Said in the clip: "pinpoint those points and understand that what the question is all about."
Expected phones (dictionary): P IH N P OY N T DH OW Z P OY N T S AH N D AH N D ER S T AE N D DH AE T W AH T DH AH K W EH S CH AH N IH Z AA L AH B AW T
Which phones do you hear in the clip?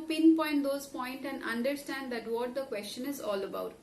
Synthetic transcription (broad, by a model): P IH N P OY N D OW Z P OY N T AH N D AH N D ER S T AE N D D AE T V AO T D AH K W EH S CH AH N IH Z AA L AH B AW T